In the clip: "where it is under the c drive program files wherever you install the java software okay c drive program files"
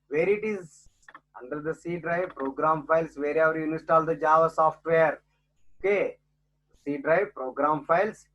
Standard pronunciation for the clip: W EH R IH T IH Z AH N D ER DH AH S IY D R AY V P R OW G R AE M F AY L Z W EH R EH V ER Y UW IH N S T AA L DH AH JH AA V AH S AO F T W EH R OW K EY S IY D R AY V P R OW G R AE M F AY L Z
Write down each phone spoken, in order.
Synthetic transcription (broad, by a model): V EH R IH T IH Z AH N D ER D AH S IY D R AY V P R OW G R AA M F AY L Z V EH R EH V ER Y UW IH S T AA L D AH JH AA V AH S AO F T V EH R OW K EY S IY D R AY V P R OW G R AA M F AY L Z